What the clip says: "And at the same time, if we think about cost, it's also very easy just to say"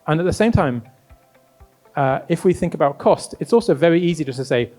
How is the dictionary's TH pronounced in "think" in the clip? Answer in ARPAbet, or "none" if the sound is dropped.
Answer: TH